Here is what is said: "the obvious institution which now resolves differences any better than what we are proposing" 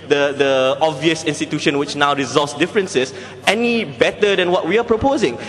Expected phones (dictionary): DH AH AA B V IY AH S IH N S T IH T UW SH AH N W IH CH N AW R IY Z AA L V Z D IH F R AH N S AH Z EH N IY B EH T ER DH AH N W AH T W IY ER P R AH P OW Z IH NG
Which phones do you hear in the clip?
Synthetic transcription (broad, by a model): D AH AA B V IY AH S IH N S T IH T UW SH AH N W IH CH N AW R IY Z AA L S D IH F R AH N S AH S EH N IY B EH T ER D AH N W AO T W IY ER P R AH P OW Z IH NG